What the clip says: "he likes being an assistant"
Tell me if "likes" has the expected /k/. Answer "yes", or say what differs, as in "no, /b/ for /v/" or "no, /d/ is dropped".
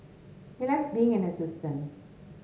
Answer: no, /k/ is dropped